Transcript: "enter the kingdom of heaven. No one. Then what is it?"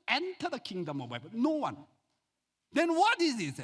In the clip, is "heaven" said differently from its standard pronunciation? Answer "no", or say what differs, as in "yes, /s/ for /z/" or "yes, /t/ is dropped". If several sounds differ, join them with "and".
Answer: yes, /b/ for /v/